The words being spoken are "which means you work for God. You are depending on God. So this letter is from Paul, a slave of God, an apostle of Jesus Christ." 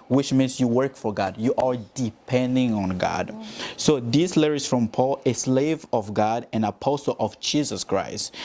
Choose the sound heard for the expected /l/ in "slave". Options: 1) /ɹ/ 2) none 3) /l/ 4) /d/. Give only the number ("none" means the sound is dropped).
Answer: 3